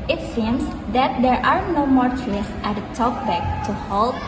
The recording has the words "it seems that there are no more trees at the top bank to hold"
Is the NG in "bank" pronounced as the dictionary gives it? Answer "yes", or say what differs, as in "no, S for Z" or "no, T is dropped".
no, NG is dropped